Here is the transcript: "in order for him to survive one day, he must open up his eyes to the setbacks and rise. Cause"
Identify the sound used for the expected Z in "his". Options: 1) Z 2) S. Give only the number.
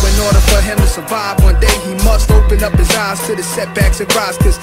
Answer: 1